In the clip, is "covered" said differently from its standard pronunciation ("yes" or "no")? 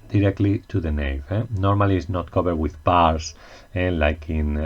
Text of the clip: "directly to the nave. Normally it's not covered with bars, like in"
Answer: yes